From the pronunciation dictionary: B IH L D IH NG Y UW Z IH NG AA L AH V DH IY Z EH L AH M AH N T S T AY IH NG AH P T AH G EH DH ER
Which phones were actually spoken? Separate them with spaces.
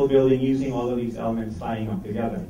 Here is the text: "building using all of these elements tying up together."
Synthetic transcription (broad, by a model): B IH L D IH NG Y UW Z IH NG AA L AH V DH IY Z EH L AH M AH N T S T AY IH NG AH P T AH G EH DH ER